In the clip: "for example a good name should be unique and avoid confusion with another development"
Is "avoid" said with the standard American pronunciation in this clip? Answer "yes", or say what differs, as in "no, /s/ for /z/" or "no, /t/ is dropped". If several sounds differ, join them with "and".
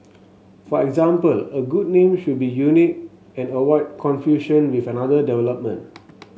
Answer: no, /w/ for /v/